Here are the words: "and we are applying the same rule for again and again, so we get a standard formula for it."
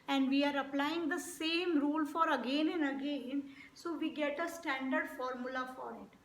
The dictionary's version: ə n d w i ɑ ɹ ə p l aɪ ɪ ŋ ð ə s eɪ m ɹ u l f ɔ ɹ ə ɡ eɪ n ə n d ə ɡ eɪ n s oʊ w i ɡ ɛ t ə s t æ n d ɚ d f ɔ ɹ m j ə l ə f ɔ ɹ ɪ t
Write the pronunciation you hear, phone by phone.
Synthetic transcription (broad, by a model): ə n d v i ɑ ɹ ə p l aɪ ɪ ŋ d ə s eɪ m ɹ u l f ɔ ɹ ə ɡ eɪ n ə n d ə ɡ eɪ n s oʊ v i ɡ ɛ t ə s t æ n d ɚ d f ɔ ɹ m j ə l ə f ɔ ɹ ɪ t